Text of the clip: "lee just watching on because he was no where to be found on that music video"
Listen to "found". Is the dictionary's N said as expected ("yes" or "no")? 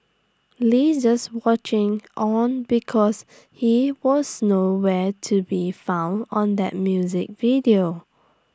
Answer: yes